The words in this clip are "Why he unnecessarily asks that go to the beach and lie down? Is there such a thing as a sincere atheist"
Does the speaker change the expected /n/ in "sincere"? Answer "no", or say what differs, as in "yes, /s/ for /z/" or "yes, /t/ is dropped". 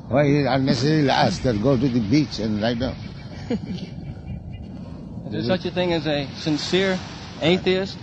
no